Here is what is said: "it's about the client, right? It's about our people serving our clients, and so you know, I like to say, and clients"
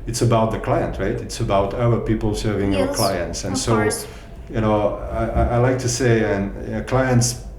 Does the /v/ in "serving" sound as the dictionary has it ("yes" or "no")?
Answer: yes